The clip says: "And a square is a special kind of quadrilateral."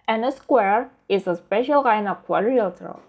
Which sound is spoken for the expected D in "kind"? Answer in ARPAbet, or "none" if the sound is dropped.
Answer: none